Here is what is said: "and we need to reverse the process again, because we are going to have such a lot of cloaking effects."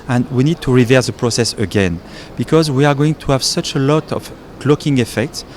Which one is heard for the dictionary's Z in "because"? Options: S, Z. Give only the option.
Z